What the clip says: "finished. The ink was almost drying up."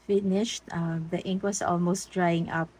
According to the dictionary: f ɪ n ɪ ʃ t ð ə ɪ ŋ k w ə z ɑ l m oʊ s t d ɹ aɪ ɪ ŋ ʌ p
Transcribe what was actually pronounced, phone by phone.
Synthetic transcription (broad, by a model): f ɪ n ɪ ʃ t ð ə ɪ ŋ k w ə s ɑ l m oʊ s t d ɹ aɪ ɪ ŋ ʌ p